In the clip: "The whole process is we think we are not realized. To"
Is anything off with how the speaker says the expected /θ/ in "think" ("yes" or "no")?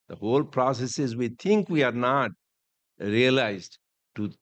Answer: yes